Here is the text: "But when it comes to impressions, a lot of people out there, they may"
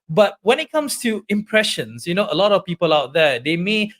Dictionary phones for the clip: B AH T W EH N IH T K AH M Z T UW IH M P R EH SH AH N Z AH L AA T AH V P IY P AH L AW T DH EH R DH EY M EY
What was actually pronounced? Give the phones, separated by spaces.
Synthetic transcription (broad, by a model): B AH T W EH N IH T K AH M S T UW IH M P R EH SH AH N S AH L AA T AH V P IY P AH L AW T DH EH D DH EY M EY